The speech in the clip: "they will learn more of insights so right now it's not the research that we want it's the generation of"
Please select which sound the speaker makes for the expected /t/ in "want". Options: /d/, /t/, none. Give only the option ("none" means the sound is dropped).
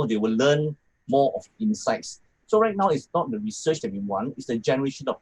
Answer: none